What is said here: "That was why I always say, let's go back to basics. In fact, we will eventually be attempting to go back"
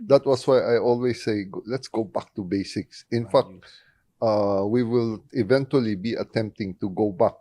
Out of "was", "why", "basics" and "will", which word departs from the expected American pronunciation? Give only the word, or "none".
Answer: was